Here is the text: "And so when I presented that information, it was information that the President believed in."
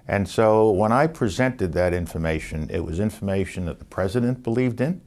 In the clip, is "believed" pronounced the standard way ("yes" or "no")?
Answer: yes